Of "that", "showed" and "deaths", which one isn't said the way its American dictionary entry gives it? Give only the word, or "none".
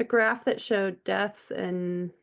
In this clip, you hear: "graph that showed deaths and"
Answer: none